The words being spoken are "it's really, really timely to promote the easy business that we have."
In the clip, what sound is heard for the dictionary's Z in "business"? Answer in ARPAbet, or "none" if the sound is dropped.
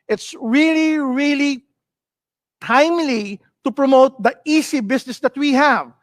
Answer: S